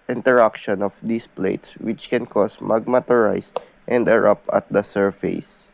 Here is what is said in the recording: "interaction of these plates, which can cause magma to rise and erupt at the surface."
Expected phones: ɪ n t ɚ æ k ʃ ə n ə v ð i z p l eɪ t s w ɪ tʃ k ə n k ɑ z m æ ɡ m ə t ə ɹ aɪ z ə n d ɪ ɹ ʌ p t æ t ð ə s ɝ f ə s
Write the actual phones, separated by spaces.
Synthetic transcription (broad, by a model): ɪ n t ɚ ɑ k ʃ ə n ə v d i s p l eɪ t s w ɪ tʃ k ə n k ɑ s m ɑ ɡ m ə t ə ɹ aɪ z ə n d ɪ ɹ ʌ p ɑ t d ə s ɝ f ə s